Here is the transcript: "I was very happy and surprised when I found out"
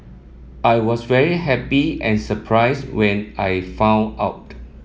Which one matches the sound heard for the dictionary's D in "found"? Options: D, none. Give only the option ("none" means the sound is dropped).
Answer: none